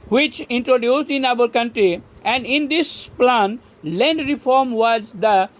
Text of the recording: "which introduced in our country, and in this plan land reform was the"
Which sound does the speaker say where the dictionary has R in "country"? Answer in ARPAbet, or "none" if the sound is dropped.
R